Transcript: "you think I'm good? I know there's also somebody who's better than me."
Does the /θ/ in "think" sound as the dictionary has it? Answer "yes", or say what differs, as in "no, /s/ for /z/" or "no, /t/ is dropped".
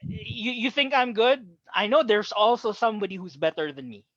yes